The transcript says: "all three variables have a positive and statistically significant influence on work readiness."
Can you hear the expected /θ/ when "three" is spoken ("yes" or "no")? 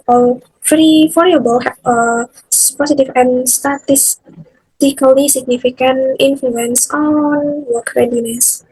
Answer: no